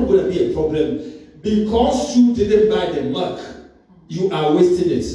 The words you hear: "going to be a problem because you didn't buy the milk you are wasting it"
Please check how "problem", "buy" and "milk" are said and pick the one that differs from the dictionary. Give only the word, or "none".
milk